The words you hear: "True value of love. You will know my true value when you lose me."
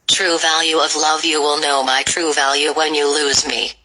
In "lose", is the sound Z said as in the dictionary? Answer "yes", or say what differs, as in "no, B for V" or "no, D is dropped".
yes